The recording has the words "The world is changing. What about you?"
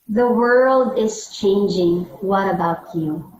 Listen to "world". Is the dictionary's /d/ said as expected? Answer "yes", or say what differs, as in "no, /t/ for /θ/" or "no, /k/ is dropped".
yes